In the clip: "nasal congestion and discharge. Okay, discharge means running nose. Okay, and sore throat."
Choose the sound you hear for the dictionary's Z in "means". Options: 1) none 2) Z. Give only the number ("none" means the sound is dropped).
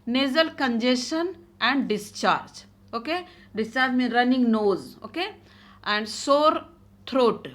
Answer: 1